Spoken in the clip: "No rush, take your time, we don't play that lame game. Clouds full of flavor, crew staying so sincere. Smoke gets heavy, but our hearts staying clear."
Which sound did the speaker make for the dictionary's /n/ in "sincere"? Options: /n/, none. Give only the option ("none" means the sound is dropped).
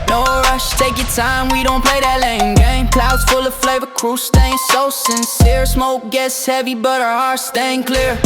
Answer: /n/